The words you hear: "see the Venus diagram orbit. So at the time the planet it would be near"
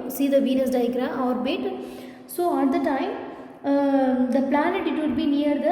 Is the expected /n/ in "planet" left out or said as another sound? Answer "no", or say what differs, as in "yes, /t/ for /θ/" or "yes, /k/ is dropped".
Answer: no